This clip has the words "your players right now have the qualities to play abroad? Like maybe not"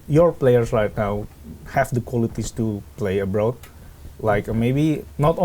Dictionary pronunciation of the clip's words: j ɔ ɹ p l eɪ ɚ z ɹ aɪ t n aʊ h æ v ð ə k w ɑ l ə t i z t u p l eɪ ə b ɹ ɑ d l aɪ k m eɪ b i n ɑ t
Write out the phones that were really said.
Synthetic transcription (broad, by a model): j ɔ ɹ p l eɪ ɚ s ɹ aɪ t n aʊ h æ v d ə k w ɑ l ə t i s t u p l eɪ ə b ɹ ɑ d l aɪ k m eɪ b i n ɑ t